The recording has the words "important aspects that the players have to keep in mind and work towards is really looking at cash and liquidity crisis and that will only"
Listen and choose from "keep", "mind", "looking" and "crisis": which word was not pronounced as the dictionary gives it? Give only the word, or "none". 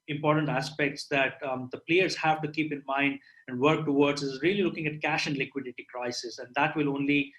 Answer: none